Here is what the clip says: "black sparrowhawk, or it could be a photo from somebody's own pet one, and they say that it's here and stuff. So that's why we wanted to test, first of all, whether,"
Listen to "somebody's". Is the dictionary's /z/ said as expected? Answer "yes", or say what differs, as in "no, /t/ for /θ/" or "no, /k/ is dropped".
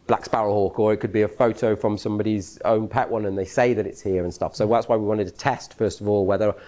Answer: yes